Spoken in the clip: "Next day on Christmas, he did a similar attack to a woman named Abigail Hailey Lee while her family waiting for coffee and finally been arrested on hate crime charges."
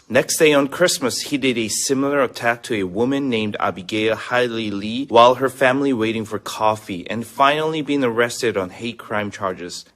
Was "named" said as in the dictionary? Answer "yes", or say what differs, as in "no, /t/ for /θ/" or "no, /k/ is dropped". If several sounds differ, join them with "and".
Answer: yes